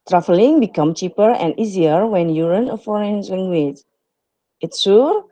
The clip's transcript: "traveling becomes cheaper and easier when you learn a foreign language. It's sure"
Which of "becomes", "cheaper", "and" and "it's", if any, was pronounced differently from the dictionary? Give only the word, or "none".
becomes